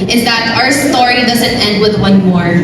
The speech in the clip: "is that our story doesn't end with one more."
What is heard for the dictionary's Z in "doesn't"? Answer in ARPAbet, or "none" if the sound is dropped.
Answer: Z